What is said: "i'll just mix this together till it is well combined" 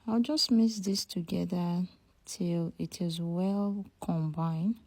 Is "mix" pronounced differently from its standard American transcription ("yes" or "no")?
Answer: yes